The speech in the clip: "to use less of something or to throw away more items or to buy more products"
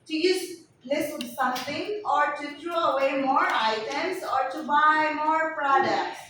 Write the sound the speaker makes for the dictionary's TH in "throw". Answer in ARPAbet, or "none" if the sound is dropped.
T